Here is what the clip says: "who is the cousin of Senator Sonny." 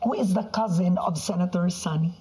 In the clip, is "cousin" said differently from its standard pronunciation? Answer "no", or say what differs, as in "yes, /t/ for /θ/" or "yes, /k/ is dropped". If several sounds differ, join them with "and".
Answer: no